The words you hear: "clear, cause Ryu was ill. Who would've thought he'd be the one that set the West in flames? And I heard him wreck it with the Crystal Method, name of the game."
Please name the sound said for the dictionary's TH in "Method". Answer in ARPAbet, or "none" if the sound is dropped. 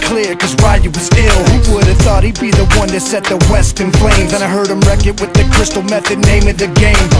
TH